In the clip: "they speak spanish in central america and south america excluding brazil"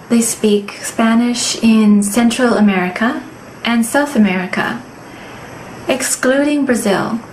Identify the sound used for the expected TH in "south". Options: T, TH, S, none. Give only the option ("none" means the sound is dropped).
TH